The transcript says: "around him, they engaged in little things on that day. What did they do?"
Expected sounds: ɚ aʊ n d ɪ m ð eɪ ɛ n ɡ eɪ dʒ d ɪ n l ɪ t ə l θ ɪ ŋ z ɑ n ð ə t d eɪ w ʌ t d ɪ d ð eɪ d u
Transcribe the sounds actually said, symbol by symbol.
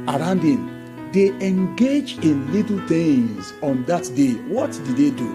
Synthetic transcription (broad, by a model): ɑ aʊ n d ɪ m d eɪ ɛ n ɡ eɪ dʒ ɪ n l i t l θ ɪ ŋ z ɑ n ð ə t d eɪ w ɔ t d ɪ d eɪ d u